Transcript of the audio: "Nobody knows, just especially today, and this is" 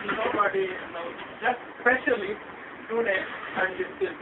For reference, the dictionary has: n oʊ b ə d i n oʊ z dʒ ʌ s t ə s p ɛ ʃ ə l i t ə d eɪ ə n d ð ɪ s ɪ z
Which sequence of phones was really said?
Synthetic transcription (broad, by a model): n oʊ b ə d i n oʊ dʒ ʌ s t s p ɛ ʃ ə l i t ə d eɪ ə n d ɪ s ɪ